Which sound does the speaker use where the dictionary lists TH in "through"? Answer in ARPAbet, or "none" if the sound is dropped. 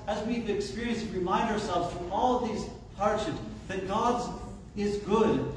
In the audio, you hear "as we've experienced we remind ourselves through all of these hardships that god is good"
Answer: F